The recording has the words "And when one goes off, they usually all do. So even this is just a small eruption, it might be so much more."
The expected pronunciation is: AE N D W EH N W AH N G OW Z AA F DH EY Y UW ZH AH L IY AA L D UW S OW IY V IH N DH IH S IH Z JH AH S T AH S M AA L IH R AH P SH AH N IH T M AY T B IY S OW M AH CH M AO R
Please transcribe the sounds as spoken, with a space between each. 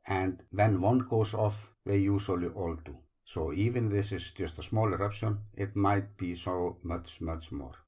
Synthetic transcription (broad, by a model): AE N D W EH N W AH N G OW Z AA F DH EY Y UW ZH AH L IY AA L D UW S OW IY V IH N DH IH S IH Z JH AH S T AH S M AA L IH R AH P SH AH N IH T M AY T B IY S OW M AH CH M AO R